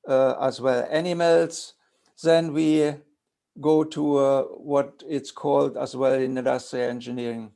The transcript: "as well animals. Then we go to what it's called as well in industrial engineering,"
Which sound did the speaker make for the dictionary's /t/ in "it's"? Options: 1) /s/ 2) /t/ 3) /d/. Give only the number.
2